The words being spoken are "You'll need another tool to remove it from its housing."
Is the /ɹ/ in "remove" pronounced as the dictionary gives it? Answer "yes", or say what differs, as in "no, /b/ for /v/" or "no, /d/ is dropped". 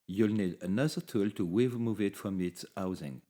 no, /w/ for /ɹ/